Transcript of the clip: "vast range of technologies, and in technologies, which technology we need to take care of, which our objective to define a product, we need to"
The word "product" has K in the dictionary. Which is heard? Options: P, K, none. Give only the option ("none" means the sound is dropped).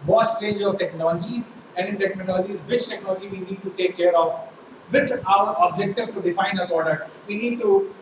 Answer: none